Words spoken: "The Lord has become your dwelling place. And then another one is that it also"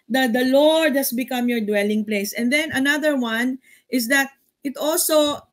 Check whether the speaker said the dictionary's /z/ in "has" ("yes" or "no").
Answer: no